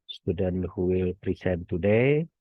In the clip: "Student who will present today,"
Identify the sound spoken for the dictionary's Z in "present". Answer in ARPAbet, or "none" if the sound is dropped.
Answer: S